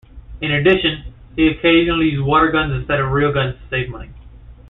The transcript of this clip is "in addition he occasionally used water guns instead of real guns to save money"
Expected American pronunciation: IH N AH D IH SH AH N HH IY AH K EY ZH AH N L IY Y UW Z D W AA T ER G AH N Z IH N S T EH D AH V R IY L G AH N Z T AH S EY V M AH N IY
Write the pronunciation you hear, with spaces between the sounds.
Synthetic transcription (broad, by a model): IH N AH D IH SH AH N HH IY AH K EY ZH AH N L IY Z W AA T ER G AH N Z IH N S T EH D AH V R IY L G AH N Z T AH S EY V M AH N IY